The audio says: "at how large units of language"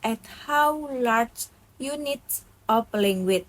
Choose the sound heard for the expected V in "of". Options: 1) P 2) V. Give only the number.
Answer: 1